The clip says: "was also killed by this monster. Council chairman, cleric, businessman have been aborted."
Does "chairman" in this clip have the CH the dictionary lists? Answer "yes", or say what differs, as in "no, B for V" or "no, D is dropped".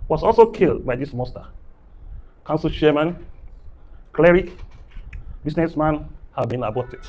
no, SH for CH